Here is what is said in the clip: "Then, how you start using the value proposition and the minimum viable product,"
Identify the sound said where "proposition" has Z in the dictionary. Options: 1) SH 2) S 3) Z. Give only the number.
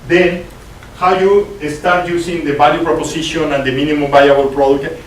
2